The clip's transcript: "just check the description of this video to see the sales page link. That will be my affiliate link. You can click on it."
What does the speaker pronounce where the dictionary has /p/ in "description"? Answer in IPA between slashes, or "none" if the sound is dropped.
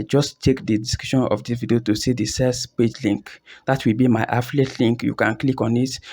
none